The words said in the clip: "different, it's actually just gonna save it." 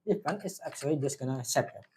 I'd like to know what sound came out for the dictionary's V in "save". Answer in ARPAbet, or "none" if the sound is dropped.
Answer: P